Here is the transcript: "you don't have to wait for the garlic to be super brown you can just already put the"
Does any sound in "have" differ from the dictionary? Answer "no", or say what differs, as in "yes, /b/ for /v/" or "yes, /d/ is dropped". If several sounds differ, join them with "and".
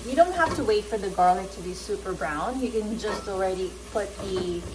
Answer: yes, /f/ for /v/